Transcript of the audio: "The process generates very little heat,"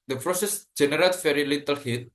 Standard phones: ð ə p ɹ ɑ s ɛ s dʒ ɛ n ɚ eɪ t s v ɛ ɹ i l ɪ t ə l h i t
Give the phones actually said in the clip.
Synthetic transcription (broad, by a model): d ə p ɹ ɑ s ɛ s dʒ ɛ n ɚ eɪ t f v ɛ ɹ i l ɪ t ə l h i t